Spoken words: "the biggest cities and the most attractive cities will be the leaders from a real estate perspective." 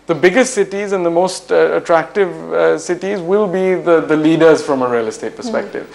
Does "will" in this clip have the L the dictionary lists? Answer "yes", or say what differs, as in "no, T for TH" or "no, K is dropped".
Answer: yes